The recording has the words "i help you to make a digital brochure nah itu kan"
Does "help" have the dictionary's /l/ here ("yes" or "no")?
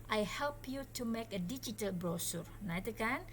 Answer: yes